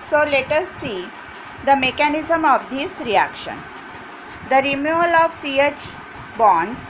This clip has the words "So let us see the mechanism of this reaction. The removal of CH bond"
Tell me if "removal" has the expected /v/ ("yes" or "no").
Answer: no